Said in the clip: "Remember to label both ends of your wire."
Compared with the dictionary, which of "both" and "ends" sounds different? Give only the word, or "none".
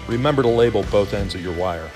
none